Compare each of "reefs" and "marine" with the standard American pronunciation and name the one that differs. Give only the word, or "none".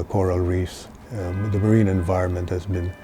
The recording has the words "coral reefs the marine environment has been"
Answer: reefs